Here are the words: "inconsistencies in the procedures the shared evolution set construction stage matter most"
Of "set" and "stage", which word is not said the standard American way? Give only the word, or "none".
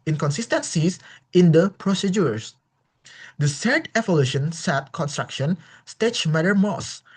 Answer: stage